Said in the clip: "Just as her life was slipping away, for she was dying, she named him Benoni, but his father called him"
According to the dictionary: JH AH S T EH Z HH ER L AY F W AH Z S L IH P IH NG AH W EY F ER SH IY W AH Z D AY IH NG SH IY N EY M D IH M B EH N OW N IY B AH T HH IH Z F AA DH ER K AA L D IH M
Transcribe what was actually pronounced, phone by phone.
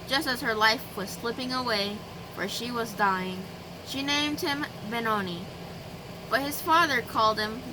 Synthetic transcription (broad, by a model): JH AH S T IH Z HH ER L AY F W AH Z S L IH P IH NG AH W EY F ER SH IY W AH Z D AY IH NG SH IY N EY M D IH M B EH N OW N IY B AH T HH IH Z F AA DH ER K AA L D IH M